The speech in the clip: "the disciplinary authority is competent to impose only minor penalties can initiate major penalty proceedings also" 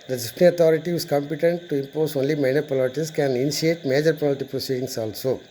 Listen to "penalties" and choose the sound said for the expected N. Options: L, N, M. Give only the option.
L